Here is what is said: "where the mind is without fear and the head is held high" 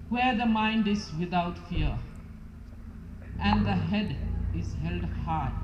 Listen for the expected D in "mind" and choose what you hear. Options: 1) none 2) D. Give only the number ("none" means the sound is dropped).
2